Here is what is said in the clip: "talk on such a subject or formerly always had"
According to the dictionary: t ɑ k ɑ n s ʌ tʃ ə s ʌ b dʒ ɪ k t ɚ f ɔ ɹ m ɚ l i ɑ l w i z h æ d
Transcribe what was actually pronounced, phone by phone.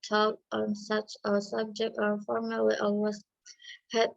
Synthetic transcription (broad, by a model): t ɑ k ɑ n s ʌ tʃ ə s ʌ b dʒ ɪ k t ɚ f ɔ ɹ m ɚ l i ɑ w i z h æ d